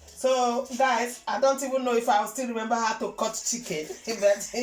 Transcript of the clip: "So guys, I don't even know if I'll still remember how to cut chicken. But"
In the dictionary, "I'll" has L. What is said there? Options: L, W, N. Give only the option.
W